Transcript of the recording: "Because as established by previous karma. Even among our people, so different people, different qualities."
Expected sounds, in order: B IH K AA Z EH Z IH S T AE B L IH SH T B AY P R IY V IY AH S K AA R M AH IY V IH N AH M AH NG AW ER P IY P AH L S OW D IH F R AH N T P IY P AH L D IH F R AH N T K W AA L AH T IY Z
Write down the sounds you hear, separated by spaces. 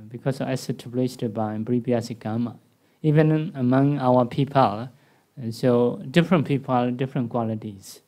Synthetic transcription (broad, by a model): B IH K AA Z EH S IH T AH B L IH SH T B AY B R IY B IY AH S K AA M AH IY V IH N AH M AH NG AW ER P IY P AH L S OW D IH F R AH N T P IY P AH L D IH F R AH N K W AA L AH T IY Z